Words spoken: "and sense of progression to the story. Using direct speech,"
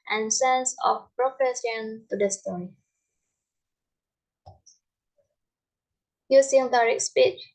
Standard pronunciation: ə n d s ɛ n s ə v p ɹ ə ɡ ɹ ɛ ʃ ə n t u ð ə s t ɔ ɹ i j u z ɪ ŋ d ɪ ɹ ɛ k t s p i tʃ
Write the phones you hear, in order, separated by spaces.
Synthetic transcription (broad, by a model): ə n s ɛ n s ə f p ɹ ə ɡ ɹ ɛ s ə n t u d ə s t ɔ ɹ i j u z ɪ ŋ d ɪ ɹ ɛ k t s p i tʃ